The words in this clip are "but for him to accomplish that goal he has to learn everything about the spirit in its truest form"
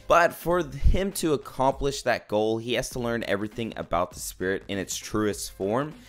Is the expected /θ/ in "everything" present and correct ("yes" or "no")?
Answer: yes